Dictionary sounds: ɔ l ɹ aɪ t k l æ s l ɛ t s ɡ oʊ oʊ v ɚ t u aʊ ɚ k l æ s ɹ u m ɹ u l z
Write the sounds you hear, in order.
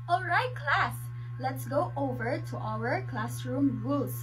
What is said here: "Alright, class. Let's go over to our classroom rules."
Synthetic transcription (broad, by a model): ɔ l ɹ aɪ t k l æ s l ɛ t s ɡ oʊ oʊ v ɚ t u aʊ ɚ k l æ s ɹ u m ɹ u l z